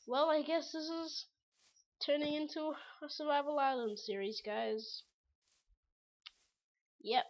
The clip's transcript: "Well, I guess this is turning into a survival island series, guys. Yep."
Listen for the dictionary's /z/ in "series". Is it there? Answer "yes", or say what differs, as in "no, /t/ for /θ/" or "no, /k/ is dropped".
yes